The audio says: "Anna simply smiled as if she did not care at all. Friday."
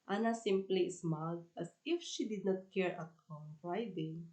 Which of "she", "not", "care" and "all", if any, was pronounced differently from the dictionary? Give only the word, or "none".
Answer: all